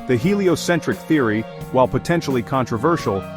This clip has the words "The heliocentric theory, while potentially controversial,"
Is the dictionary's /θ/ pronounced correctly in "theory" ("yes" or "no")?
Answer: yes